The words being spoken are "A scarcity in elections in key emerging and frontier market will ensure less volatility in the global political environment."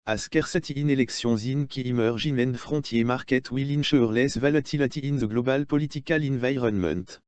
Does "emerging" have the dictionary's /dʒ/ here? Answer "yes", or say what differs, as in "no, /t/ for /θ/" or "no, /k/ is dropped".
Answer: no, /ʒ/ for /dʒ/